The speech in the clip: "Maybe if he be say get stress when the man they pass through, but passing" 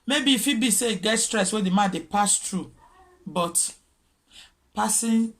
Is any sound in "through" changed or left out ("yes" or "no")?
yes